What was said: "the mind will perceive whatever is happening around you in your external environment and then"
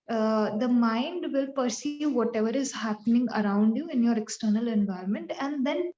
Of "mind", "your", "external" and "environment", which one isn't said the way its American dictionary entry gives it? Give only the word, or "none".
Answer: none